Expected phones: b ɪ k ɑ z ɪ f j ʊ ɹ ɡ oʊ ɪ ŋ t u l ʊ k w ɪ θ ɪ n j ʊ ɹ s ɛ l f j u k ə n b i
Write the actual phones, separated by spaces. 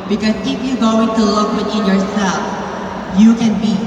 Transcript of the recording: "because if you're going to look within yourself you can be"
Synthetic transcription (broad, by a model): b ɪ k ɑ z ɪ f j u ɡ oʊ ɪ ŋ t u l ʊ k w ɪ t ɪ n j ʊ ɹ s ɛ l f j u k ə n b i